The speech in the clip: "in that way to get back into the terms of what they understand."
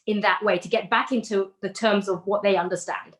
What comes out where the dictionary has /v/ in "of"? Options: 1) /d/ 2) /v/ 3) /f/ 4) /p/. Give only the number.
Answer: 2